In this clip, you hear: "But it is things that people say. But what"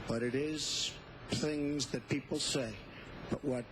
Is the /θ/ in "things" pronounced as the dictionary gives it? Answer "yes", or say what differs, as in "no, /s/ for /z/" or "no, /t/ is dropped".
yes